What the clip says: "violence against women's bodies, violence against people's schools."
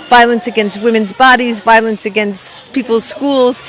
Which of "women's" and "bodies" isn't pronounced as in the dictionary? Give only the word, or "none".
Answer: none